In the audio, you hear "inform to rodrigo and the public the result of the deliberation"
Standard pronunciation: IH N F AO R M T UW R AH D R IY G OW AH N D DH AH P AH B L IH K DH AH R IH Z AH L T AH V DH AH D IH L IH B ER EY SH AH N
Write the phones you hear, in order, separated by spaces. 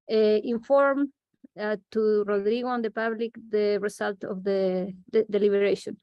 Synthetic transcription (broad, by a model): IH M F AO R M T UW R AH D R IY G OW AH N D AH P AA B L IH K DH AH R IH S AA L T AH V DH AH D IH L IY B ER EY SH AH N